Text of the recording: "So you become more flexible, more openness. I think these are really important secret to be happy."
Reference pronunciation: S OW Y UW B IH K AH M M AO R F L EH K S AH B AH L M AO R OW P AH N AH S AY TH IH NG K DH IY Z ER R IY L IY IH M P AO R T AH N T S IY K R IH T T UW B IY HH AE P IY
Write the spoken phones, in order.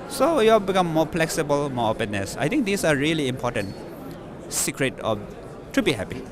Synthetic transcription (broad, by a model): S OW Y UW B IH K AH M M AO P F L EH K S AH B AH L M AO R OW P AH N AH S AY T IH NG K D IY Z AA R IY L IY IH M P AO T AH N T S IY K R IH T T UW B IY HH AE P IY